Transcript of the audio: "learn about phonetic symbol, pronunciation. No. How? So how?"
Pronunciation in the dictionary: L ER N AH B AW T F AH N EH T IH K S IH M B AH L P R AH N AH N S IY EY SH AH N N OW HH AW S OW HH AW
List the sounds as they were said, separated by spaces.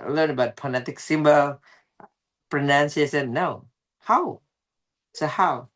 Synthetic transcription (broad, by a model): L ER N AH B AW T P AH N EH T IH K S IH M B AH L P R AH N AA N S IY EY S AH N N OW HH AW S OW HH AW